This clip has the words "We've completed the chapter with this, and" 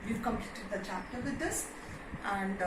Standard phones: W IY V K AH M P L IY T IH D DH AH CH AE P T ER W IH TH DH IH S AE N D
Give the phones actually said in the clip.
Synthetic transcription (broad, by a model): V IY V K AH M P L IY T IH D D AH CH AE P T ER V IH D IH S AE N D